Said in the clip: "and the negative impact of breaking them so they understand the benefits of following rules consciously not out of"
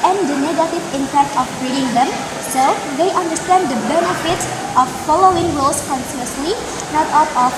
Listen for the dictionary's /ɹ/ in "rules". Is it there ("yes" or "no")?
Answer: no